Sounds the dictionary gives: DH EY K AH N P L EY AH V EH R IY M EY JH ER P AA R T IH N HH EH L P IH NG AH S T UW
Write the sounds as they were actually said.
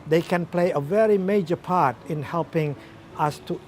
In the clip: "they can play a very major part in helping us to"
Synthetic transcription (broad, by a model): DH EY K AH N P L EY AH V EH R IY M EY JH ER P AA R T IH N HH EH L P IH NG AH S T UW